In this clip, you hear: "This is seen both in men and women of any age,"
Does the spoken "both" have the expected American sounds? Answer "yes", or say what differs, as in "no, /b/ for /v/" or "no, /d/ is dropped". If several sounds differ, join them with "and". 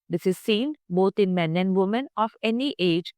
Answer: no, /t/ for /θ/